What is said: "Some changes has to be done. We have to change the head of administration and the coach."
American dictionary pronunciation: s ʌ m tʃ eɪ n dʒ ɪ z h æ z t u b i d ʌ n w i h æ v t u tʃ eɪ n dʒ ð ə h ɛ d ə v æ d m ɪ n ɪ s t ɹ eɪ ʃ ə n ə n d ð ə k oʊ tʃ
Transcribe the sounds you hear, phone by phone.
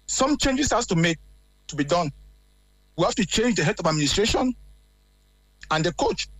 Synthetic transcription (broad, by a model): s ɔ m tʃ eɪ n dʒ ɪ s h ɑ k t u b i d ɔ n w i h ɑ f t u tʃ eɪ n dʒ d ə h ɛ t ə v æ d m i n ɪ s t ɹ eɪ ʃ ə n ə n d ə k oʊ tʃ